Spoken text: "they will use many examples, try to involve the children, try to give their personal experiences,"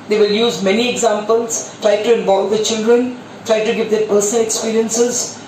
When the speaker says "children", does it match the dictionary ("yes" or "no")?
yes